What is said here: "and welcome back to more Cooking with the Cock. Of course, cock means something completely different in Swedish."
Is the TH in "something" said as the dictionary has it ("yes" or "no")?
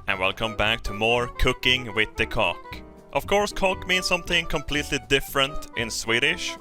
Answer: yes